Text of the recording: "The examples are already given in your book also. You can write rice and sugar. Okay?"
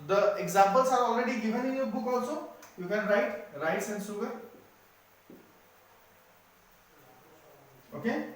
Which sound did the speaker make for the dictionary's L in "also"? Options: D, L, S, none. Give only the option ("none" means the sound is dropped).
none